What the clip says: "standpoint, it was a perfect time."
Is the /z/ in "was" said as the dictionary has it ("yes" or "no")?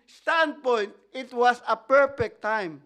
no